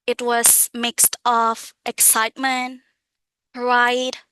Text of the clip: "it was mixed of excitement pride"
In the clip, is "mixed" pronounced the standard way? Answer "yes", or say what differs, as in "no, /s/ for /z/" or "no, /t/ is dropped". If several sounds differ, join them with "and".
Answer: yes